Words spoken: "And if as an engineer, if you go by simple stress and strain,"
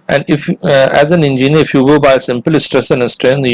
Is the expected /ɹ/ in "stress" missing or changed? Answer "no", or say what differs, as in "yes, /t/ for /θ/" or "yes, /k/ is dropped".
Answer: no